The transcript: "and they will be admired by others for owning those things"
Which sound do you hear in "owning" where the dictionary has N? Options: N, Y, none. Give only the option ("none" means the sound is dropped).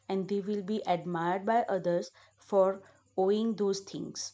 none